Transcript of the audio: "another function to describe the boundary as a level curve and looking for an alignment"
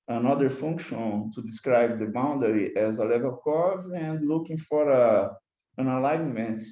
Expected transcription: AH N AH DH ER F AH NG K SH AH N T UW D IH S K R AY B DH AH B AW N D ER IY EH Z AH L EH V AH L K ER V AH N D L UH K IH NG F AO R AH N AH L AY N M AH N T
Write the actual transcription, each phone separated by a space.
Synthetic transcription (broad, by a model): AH N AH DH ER F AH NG K SH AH N T UW D IH S K R AY B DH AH B AW N D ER IY EH Z AH L EH V AH L K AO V AH N D L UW K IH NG F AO R AH N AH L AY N M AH N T